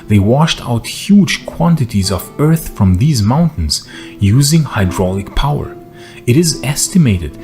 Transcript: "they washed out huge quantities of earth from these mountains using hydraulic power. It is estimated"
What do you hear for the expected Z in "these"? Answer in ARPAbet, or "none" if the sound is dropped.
Z